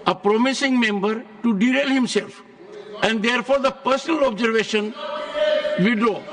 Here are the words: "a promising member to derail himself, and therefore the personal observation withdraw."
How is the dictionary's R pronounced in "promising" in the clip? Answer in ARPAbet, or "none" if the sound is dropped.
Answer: R